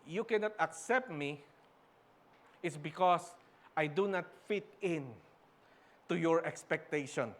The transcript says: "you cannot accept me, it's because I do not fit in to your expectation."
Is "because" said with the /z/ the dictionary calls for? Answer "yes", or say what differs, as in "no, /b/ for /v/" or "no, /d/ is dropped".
no, /s/ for /z/